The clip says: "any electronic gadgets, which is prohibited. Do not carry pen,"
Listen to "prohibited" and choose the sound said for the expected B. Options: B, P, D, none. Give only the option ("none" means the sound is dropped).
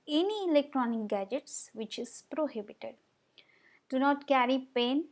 B